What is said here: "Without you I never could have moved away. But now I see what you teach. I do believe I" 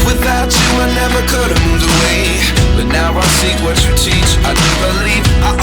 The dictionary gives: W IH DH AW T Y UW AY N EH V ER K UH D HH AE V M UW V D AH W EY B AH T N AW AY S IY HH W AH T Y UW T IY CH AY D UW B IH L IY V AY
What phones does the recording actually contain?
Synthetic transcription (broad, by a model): W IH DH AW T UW AY N EH V ER K UH D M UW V AH W EY B AH T N AW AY S IY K W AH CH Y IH T IY CH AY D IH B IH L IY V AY